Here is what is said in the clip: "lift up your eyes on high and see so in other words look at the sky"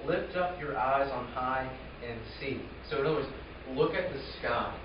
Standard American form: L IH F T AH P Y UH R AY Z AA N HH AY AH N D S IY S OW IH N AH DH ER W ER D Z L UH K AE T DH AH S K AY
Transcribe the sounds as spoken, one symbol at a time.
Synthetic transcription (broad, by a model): L IH F T AH P Y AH R AY Z N HH AY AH N S IY S OW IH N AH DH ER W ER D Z L UH K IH T DH AH S K AY